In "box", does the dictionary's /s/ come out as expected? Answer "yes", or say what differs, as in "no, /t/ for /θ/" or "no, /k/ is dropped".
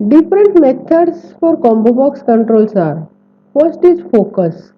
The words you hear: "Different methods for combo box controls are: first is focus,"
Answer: yes